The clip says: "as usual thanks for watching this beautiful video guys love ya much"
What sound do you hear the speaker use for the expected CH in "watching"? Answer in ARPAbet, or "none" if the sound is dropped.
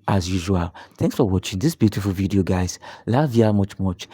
CH